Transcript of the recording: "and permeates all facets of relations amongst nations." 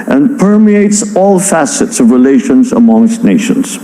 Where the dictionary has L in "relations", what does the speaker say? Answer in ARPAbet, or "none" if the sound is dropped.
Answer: L